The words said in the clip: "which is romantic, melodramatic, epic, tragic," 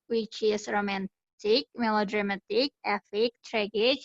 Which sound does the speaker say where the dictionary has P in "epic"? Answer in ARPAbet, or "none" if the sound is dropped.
F